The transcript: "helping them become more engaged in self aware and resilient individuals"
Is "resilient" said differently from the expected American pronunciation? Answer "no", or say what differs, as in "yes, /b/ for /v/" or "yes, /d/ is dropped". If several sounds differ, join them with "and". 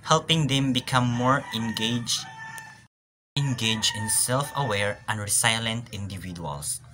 yes, /s/ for /z/